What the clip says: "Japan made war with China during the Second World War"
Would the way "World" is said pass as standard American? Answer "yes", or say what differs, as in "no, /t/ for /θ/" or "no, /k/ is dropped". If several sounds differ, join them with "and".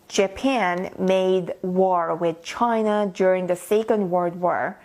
no, /l/ is dropped